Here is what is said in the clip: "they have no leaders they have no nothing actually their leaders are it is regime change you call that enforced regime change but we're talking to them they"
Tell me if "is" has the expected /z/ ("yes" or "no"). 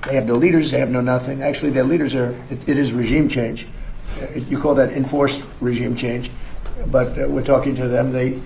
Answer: yes